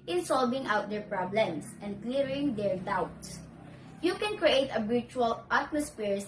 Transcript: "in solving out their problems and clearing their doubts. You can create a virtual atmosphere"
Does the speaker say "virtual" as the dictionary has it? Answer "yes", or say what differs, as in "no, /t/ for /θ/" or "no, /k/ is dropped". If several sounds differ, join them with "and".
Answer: no, /b/ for /v/